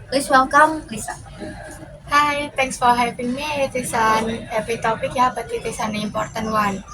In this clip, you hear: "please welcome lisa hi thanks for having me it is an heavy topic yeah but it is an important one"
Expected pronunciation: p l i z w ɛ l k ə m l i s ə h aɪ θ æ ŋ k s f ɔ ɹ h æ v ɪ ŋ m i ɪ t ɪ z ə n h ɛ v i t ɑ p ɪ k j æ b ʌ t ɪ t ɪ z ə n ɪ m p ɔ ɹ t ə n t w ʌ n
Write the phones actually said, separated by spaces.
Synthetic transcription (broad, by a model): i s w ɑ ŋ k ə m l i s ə h aɪ t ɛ ŋ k s f ɔ ɹ h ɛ p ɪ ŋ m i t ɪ s ə n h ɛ p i t ɑ p ɪ k j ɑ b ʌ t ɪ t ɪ s ə n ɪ m p ɔ ɹ t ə n w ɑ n